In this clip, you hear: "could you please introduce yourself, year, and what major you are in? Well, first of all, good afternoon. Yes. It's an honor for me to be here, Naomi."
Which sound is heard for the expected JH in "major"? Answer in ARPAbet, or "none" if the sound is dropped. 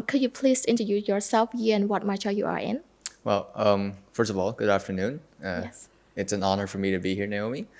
CH